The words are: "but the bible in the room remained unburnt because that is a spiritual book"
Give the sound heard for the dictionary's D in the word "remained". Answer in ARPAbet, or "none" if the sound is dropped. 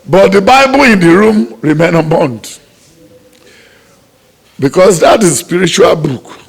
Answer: none